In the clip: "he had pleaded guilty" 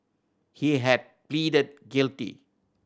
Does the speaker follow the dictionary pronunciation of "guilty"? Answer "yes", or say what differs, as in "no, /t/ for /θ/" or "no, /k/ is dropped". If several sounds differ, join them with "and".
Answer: yes